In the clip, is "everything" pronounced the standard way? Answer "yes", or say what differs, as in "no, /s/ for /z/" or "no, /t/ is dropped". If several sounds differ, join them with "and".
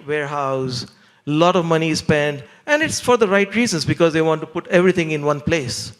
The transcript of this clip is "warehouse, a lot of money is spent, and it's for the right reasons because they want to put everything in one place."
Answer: no, /t/ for /θ/